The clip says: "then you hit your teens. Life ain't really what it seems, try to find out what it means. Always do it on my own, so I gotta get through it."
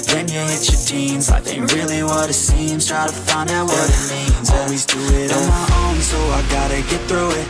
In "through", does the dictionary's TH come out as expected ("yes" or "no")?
yes